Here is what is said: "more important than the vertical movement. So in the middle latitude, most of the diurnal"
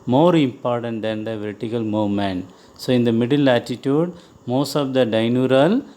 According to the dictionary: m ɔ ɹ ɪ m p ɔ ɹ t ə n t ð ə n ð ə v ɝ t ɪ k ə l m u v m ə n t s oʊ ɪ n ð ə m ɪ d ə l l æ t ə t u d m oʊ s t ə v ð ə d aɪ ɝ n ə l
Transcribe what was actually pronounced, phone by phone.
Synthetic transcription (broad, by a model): m ɔ ɹ ɪ m p ɔ ɹ t ə n t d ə n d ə v ɝ t ɪ k ə l m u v m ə n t s oʊ ɪ n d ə m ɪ d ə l l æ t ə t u d m oʊ s t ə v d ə d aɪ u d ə l